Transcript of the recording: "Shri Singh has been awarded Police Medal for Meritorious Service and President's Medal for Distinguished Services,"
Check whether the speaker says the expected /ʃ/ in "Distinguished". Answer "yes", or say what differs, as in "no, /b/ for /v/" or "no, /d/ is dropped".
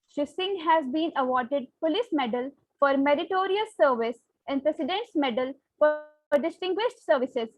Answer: yes